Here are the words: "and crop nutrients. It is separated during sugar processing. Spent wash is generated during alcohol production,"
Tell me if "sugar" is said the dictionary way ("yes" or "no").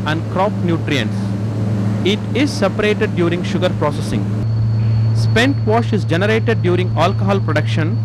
yes